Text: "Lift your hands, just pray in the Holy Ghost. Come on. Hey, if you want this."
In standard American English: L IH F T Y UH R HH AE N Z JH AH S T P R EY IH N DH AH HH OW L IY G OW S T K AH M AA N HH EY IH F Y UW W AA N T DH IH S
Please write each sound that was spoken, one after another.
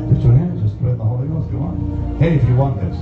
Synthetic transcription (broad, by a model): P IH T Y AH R HH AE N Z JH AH S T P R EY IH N DH AH HH OW L IY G OW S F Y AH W AA N HH EY IH F Y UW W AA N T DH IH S